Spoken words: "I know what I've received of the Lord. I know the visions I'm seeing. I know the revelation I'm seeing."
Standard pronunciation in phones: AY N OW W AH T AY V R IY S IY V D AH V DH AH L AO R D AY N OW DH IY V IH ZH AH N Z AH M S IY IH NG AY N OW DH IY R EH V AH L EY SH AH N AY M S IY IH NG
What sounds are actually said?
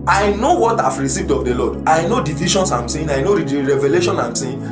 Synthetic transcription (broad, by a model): AY N OW W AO T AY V R IY S IY V D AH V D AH L AO D AY N OW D IY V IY SH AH N S AH M S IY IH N AY N OW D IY R EH V AH L EY SH AH N AY M S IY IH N